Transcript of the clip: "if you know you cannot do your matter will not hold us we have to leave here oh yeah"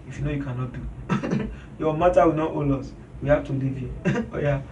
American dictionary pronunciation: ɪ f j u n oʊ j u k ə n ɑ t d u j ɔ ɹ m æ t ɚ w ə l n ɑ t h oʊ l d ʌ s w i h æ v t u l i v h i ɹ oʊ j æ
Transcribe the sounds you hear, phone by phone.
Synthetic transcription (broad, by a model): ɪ f j u n oʊ j u k ə n ɑ t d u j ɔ m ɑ t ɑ w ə n ɑ t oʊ l ɔ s w i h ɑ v t u l i v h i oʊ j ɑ